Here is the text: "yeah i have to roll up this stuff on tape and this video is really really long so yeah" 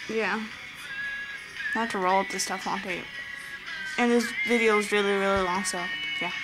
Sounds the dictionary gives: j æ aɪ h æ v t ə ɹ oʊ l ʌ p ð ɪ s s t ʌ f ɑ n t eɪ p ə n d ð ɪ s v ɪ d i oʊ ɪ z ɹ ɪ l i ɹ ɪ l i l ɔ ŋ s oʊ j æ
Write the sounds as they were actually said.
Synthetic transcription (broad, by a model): j æ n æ t ə ɹ oʊ l ʌ p ð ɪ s s t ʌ f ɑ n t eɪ ə n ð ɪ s v ɪ d i oʊ ɪ z ɹ ɪ l i ɹ ɪ l i l ɔ ŋ s oʊ j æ